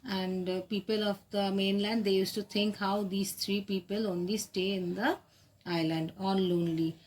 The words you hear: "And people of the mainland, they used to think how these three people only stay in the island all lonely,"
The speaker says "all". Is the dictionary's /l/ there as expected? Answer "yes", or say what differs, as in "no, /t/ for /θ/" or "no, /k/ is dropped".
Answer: no, /n/ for /l/